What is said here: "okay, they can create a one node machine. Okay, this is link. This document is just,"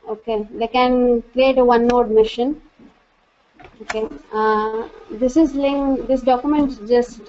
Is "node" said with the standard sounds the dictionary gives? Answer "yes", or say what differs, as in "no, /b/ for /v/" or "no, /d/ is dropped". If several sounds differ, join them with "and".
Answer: yes